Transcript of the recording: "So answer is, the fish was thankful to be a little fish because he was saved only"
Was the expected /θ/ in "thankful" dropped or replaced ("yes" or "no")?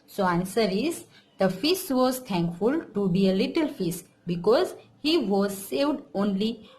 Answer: yes